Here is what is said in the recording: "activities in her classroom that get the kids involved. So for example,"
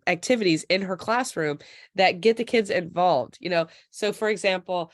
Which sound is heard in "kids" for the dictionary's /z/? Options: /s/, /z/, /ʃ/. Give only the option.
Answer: /z/